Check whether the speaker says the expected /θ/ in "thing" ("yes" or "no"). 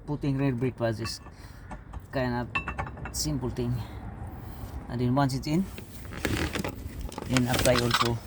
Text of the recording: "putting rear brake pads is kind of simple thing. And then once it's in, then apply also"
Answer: no